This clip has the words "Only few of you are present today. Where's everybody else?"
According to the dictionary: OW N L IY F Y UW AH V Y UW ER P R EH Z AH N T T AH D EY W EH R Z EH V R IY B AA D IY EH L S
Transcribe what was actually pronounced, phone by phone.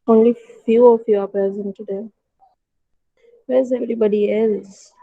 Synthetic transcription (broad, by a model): OW N L IY F Y UW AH F Y UW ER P EH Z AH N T T AH D EY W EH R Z EH V R IY B AA D IY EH L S